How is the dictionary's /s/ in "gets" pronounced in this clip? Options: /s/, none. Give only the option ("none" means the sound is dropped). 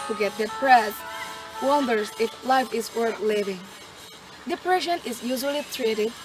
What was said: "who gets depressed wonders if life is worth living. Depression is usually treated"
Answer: none